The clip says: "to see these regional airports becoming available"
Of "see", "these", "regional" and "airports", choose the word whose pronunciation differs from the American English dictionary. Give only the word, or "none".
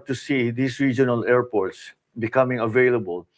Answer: these